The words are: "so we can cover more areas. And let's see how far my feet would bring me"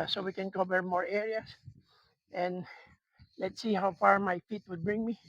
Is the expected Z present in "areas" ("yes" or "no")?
no